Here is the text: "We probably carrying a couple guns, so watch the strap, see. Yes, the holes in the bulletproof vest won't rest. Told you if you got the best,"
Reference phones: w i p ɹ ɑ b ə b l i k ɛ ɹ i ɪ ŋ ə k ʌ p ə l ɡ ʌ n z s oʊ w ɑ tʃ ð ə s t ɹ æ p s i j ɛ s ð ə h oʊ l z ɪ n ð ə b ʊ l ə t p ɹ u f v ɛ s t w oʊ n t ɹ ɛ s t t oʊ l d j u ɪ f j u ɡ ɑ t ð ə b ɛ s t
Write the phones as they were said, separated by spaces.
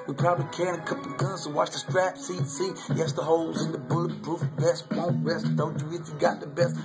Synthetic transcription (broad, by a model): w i p ɹ ɑ b ə b l i k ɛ ɹ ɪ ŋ ə k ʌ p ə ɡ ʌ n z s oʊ w ɑ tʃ ð ə s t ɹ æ p s i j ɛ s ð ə h oʊ l z ɪ n ð ə b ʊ l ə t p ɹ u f b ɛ s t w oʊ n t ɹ ɛ s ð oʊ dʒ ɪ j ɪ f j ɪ ɡ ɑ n ð ə b ɛ s t